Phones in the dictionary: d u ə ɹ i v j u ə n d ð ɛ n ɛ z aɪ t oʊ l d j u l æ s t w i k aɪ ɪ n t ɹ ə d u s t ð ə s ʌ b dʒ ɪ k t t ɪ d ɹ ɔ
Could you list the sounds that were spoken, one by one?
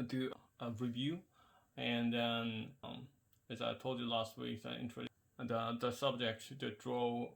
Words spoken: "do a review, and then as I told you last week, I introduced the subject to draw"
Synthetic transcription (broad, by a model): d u ə ɹ i v j u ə n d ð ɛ n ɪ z aɪ t oʊ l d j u l æ s t w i k aɪ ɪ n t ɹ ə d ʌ ð ə s ʌ b dʒ ɪ k t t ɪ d ɹ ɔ